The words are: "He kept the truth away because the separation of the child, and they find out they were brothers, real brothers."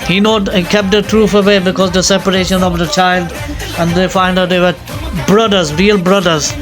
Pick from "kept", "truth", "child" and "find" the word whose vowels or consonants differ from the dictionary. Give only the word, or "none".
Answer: truth